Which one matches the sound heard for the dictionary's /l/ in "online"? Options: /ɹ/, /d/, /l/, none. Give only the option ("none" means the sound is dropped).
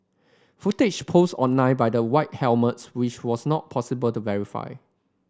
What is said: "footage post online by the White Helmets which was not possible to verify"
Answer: none